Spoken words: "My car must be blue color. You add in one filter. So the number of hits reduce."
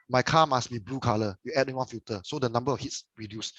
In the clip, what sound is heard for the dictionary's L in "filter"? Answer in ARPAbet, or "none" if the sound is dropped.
none